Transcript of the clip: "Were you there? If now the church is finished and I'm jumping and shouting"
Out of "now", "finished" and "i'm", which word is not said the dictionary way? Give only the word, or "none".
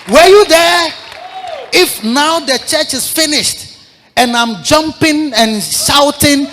none